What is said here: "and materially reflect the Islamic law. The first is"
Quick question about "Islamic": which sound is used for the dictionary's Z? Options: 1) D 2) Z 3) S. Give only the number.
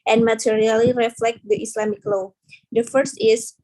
3